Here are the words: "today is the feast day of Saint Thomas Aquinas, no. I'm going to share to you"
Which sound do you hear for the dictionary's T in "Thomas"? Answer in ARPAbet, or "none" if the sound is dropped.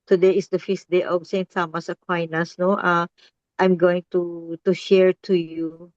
S